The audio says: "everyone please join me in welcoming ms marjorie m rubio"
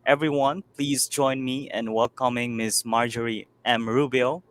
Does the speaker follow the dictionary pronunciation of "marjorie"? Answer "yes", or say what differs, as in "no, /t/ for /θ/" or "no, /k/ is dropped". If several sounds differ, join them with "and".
yes